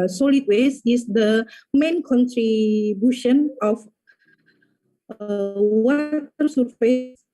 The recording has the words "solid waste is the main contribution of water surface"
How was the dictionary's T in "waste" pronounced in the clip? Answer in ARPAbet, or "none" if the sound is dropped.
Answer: none